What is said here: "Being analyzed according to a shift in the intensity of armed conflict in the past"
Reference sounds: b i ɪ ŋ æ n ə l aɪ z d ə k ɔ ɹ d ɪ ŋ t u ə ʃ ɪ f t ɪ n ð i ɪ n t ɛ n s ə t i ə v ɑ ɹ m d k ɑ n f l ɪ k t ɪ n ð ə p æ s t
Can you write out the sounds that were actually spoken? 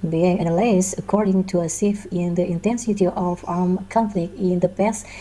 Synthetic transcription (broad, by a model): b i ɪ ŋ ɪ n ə l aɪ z ə k ɔ ɹ d ɪ ŋ t u ə s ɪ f ɪ n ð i ɪ n t ɛ n s ə t i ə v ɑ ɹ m k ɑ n f l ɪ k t ɪ n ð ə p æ s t